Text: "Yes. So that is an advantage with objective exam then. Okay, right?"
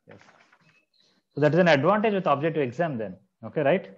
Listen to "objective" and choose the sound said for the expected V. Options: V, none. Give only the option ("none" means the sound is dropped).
none